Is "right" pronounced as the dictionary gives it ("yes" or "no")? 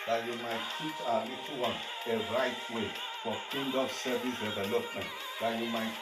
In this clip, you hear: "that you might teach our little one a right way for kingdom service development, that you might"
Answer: yes